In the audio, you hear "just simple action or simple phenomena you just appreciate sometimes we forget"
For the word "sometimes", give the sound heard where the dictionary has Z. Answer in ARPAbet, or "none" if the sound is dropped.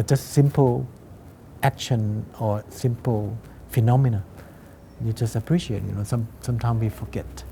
S